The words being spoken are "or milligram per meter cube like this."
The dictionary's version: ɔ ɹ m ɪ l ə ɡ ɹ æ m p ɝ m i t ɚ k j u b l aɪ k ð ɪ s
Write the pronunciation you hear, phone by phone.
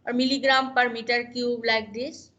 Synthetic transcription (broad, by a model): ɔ ɹ m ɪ l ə ɡ ɹ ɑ m p ɝ m i t ɚ k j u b l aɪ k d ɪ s